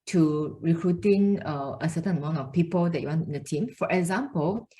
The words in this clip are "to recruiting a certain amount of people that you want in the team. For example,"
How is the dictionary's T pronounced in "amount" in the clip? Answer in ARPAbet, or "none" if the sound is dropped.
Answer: none